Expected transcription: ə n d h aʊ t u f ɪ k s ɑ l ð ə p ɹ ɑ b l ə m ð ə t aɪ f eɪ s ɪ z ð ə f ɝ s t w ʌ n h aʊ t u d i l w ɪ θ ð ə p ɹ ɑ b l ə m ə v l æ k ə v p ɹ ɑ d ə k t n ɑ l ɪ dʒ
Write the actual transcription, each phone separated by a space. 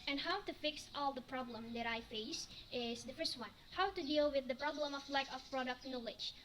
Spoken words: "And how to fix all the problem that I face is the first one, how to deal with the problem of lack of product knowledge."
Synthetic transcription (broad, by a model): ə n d h aʊ t u f ɪ k s ɑ l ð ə p ɹ ɑ b l ə m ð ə t aɪ f eɪ s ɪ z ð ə f ɝ s t w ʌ n h aʊ t u d i l w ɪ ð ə p ɹ ɑ b l ə m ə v l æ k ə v p ɹ ɑ d ə k t n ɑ l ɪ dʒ